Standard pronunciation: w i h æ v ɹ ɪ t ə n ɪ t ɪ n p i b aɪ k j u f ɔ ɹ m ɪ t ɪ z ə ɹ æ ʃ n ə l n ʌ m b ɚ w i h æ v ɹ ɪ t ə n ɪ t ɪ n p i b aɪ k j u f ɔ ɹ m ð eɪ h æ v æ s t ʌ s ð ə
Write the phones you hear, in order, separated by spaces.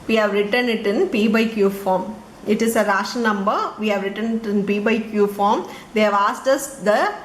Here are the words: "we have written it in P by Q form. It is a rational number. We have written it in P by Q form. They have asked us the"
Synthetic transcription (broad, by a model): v i h æ v ɹ ɪ t ə n ɪ t ɪ n p i b aɪ k j u f ɔ ɹ m ɪ t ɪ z ə ɹ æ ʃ ə n ʌ m b ɚ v i h æ v ɹ ɪ t ə n ɪ t ɪ n p i b aɪ k j u f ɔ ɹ m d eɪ h æ v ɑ s t ʌ s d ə